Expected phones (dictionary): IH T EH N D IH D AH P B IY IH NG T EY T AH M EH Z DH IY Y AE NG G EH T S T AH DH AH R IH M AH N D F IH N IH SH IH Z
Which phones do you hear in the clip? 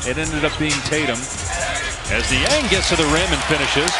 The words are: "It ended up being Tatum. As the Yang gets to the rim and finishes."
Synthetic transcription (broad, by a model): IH T EH N D IH D AH P B IY IH NG T EY T AH M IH Z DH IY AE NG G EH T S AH DH AH R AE M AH N F IH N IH SH IH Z